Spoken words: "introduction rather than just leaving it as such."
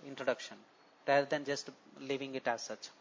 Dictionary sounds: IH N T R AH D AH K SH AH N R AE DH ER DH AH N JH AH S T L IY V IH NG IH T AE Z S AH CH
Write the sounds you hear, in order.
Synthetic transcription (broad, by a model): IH N T R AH D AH K SH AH N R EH ER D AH N JH AH S T L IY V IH NG IH T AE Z S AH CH